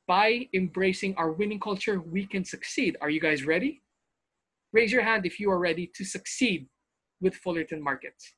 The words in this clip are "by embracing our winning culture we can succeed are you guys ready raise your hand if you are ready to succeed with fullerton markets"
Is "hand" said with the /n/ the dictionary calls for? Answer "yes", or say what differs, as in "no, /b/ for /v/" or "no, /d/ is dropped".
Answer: yes